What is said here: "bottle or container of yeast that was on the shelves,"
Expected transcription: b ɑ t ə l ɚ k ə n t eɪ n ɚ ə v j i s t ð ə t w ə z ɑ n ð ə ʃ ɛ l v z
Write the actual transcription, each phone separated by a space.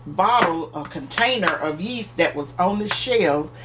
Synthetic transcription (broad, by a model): b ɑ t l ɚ k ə n t eɪ n ɚ ə v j i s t ð ə t w ə z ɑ n ð ə ʃ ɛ l